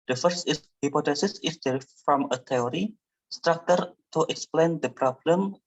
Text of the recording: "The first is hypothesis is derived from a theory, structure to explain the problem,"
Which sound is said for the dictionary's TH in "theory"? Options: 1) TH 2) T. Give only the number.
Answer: 2